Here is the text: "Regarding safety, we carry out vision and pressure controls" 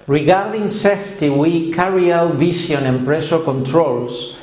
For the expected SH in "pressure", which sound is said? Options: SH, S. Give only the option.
S